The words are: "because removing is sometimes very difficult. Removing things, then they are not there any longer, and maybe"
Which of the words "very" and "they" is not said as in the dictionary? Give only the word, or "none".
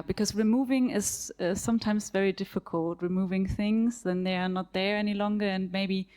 none